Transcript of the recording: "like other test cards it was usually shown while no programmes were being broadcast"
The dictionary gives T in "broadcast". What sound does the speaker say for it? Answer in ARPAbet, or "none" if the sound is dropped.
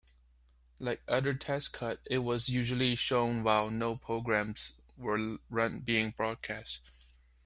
T